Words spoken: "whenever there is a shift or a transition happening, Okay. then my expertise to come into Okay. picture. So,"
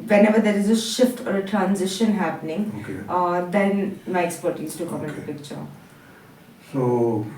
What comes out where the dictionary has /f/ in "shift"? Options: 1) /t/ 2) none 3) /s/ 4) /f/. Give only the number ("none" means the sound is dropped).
4